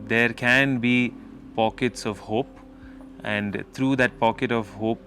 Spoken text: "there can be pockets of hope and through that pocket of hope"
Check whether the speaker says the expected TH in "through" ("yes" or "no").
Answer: no